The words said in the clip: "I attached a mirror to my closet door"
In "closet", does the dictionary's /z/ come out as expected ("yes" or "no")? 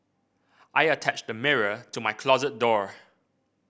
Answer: yes